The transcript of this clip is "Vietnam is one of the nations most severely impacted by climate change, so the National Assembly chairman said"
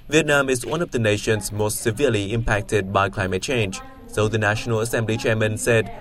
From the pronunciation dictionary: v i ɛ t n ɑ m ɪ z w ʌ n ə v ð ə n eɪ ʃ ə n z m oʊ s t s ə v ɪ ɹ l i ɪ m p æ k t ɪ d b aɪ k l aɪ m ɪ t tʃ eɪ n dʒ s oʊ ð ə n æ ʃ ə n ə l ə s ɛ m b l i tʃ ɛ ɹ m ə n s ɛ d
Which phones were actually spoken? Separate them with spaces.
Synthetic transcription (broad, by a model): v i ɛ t n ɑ m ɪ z w ʌ n ə v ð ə n eɪ ʃ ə n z m oʊ s t s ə v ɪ l i ɪ m p æ k t ɪ d b aɪ k l aɪ m ɪ t tʃ eɪ n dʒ s oʊ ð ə n æ ʃ ə n ə l ə s ɛ m b l i tʃ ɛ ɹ m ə n s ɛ d